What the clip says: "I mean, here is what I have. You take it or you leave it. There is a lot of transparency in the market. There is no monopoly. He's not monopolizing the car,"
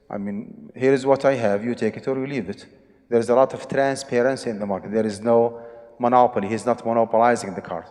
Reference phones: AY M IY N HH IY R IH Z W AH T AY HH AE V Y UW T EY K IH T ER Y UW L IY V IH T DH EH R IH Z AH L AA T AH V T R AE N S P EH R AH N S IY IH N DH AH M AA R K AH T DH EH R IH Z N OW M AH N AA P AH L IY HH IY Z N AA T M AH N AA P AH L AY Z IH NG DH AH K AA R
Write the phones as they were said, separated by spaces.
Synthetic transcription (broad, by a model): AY M IY N HH IY R IH Z W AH T AY HH AE V Y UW T EY K IH T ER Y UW L IY V IH T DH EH R IH Z AH L AA T AH V T R AE N S P EH R AH N S IY IH N DH AH M AA R K AH T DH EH R IH Z N OW M AH N AA P AH L IY HH IY Z N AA T M AH N AA P AH L AY Z IH NG DH AH K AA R